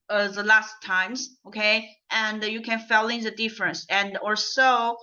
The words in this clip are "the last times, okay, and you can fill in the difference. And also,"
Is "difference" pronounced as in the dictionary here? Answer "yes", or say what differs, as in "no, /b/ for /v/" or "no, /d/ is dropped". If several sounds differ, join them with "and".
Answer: yes